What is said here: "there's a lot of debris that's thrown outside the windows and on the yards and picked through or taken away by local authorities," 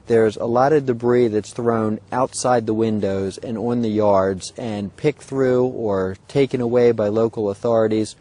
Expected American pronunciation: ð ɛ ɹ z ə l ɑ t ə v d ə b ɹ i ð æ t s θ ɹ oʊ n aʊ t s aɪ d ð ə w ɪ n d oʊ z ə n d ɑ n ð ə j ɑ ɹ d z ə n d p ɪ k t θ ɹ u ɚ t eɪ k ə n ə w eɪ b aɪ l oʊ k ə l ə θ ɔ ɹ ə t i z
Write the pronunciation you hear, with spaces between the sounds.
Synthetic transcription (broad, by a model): ð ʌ ɹ z ə l ɑ t ə v d ə b ɹ i ð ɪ t s θ ɹ oʊ n aʊ t s aɪ d ð ə w ɪ n d oʊ z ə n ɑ n ð ə j ɑ ɹ d z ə n p ɪ k θ ɹ u ɚ t eɪ k ə n ə w eɪ b aɪ l oʊ k l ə θ ɔ ɹ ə t i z